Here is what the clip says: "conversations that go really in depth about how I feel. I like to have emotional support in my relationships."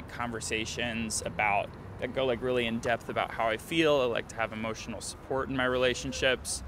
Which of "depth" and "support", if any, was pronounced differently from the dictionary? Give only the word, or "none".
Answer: none